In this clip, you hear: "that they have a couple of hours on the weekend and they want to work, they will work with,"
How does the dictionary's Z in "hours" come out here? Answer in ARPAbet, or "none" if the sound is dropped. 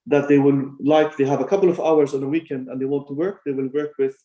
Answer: Z